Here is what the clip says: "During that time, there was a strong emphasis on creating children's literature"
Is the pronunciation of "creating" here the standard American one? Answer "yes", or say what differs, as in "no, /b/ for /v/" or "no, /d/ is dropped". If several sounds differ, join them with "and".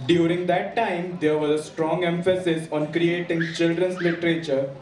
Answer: yes